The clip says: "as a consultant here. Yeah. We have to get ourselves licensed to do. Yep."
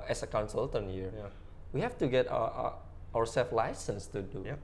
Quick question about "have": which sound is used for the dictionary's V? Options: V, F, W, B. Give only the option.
F